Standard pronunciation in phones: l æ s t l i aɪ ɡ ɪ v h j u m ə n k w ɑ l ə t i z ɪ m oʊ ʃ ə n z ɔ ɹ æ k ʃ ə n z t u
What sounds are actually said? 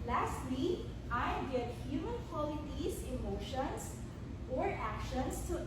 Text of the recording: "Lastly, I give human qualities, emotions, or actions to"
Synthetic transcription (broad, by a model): l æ s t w i aɪ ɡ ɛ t h j u m ə n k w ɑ l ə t i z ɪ m oʊ ʃ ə n s ɔ ɹ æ k ʃ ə n s t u